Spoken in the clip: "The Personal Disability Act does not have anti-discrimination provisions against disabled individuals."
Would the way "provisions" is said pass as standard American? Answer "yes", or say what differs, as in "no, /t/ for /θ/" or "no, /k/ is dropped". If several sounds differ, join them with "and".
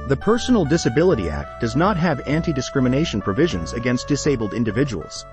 yes